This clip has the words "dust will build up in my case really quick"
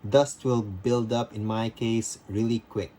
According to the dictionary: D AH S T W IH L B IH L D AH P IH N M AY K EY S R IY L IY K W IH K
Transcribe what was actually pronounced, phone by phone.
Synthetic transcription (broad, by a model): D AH S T W IH L B IH L D AH P IH N M AY K EY S R IY L IY K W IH K